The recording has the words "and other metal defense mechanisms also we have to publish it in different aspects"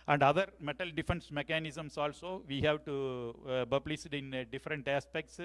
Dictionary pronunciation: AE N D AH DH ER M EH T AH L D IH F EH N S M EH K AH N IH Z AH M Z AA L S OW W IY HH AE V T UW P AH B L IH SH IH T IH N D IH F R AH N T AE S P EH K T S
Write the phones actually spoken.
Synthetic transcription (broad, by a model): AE N D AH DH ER M EH T AH L D IH F EH N S M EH K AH N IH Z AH M S AA L S OW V IY HH AE V T UW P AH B L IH S IH T IH N D IH F R AH N T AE S P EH K T S